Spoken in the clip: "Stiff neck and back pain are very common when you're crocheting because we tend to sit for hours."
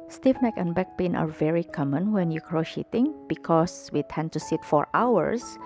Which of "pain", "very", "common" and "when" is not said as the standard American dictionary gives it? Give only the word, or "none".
none